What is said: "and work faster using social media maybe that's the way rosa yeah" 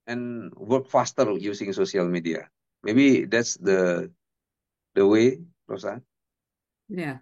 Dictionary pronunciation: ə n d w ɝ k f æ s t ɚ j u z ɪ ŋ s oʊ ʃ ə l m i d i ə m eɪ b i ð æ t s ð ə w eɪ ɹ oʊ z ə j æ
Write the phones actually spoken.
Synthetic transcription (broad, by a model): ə n w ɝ k f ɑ s t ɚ j u s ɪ ŋ s oʊ s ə l m i d i ə m eɪ b i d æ t s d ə w eɪ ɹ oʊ s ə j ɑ